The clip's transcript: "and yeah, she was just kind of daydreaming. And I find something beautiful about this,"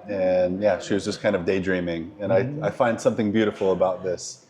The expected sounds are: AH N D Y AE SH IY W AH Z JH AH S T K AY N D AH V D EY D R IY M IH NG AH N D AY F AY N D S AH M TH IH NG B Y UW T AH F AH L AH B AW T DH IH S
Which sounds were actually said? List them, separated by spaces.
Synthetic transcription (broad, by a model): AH N Y AE SH IY W AH Z JH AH S K AY N D AH V D EY D R IY M IH NG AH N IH AY F AY N D S AH M TH IH NG B Y UW T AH F L AH B AW T DH IH S